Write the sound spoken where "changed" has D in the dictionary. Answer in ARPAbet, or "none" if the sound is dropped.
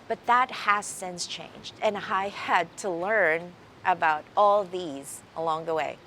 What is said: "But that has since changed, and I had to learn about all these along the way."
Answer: D